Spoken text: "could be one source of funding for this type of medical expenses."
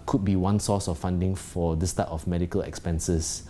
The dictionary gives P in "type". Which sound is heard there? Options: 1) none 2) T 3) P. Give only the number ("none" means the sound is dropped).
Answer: 1